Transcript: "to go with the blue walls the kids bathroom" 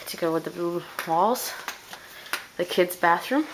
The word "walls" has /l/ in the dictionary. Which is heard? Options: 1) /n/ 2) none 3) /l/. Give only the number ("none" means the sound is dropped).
3